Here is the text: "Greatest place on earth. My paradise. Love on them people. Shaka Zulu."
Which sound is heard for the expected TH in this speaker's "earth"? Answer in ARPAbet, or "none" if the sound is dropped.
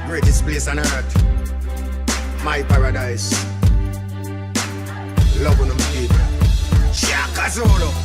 T